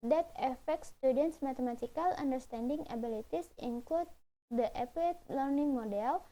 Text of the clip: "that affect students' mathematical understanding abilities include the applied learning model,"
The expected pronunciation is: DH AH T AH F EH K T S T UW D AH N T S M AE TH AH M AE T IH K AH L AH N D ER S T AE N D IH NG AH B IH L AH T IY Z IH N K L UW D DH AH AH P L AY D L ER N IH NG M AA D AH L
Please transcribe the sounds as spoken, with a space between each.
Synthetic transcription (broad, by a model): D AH T AH F EH K T S T UW D AH N T S M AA T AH M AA T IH K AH L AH N D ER S T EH N D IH NG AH B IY L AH T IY S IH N K L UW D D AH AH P EH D L ER N IH NG M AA D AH L